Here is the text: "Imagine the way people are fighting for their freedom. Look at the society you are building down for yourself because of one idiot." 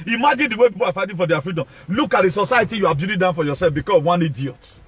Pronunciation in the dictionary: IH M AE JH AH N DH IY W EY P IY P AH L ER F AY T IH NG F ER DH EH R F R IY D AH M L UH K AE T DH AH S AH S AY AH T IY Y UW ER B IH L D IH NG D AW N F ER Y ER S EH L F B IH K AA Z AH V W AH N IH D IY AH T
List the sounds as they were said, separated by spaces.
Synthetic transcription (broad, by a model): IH M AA JH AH N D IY W EY P IY P AH L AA F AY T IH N F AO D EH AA F R IY D AH M L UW K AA T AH S AH S AY AH T IY Y UW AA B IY D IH D AW N F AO Y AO S EH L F B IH K AA S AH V W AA N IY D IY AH T